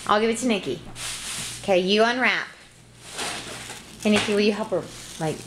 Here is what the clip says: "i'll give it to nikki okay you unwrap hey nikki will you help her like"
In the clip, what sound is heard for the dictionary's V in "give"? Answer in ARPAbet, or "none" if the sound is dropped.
V